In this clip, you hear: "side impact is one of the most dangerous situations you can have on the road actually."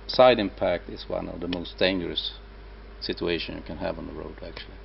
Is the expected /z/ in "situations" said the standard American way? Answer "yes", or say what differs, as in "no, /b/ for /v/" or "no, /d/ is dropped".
no, /z/ is dropped